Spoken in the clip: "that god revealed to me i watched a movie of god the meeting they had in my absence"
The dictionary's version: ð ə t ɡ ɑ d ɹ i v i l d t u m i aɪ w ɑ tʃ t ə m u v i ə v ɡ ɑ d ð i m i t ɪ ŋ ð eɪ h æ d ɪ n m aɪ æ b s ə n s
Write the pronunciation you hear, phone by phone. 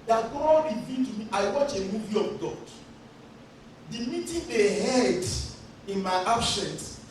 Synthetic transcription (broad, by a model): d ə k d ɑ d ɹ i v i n t u m i aɪ w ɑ tʃ ə m u v i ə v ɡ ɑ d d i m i t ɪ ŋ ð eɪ h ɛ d ɪ n m aɪ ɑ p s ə n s